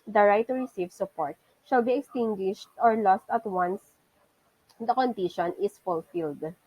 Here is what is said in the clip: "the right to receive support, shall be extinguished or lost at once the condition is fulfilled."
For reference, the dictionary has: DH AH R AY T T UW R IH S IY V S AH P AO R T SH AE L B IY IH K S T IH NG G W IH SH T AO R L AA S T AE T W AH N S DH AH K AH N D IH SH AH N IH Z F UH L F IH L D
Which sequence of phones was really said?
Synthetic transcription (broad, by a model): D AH R AY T T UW R IH S IY V S AH P AO R T SH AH L B IY IH K S T IH NG G W IH SH T AO R L AA S T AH T W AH N S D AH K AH N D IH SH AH N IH S F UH L F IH L D